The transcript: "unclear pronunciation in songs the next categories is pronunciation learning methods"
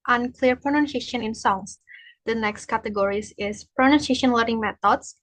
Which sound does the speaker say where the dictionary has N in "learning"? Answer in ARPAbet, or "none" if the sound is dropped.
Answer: none